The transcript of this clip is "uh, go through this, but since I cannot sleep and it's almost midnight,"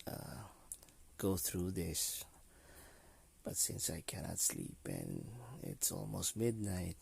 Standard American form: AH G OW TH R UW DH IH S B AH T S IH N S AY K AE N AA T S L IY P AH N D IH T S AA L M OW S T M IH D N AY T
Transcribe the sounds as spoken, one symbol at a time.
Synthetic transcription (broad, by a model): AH G OW TH R UW DH IH S B AH T S IH N S AY K AE N AA T S L IY P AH N IH T S AA L M OW S T M IH D N AY T